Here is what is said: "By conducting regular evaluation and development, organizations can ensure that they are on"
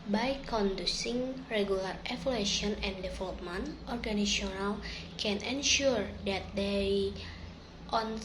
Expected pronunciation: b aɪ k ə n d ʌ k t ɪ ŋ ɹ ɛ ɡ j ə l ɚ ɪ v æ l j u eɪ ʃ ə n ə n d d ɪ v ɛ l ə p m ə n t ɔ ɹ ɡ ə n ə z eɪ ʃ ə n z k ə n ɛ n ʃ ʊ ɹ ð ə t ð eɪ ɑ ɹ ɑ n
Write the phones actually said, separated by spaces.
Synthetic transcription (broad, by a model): b aɪ k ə n d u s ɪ ŋ ɹ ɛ ɡ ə l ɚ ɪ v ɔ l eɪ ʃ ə n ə n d d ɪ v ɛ l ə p m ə n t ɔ ɹ ɡ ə n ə s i ə n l k ə n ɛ n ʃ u ɹ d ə t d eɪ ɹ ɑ n